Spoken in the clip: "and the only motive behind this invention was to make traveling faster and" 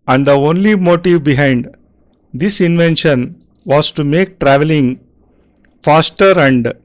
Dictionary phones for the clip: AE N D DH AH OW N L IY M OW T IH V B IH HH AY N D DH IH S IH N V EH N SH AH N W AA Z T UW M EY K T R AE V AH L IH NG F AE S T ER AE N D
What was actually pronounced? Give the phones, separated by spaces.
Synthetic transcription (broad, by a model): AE N D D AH OW N L IY M OW T IH V B IH HH AY N D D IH S IH N V EH N SH AH N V AA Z T UW M EY K T R AE V AH L IH NG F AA S T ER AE N D